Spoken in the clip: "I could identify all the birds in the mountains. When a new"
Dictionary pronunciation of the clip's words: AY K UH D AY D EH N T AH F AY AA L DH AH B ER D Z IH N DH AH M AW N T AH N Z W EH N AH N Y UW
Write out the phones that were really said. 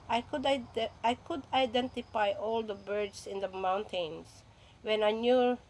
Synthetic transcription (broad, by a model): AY K UH D AY D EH N T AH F AY AA L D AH B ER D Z IH N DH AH M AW N T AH N S W EH N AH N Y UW